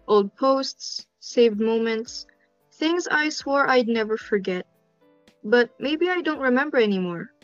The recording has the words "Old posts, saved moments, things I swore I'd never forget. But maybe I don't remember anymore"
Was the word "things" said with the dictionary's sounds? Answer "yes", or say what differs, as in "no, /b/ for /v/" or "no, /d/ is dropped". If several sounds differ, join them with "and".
yes